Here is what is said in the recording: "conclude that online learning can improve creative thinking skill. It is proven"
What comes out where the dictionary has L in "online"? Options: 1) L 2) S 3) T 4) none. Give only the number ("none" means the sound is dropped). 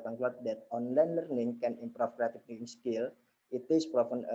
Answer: 1